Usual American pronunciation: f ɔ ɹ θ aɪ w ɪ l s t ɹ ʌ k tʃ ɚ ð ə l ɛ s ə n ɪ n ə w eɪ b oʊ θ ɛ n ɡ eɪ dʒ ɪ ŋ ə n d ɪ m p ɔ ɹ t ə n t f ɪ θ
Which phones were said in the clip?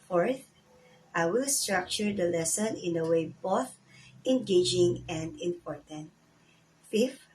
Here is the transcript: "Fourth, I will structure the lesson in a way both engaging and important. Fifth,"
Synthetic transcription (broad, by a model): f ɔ ɹ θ aɪ w ɪ l s t ɹ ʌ k tʃ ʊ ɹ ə l ɛ s ə n ɪ n ə w eɪ b oʊ θ ɛ n ɡ eɪ dʒ ɪ ŋ ə n d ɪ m p ɔ ɹ t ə n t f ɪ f